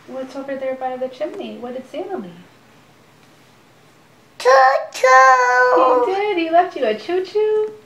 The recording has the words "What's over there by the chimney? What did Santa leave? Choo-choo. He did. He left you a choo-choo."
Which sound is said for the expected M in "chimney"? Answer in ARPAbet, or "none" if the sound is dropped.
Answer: M